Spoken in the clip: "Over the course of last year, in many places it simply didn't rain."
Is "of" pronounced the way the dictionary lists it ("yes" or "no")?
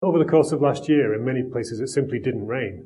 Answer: yes